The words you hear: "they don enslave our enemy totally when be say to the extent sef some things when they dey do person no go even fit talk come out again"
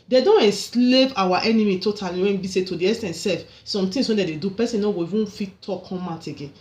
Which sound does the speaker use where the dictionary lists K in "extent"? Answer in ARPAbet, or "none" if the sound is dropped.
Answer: none